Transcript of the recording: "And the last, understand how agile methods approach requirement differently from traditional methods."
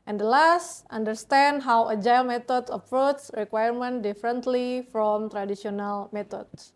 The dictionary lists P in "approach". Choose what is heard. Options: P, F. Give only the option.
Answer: F